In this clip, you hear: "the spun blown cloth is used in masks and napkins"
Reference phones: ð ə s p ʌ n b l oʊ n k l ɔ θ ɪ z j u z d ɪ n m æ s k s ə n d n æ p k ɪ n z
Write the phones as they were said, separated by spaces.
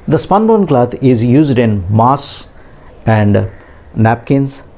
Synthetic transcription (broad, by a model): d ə s p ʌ n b oʊ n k l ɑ t ɪ z j u z d ɪ n m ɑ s s ə n d n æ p k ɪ n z